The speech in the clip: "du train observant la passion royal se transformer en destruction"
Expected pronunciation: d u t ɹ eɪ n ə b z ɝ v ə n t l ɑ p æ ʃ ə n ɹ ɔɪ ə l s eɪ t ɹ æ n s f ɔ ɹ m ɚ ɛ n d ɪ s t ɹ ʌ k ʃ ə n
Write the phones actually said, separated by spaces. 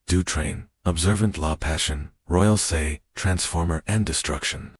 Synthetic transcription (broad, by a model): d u t ɹ eɪ n ə b z ɝ v ə n t l ɑ p æ ʃ ə n ɹ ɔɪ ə l s eɪ t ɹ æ n s f ɔ ɹ m ɚ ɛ n d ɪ s t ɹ ʌ k ʃ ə n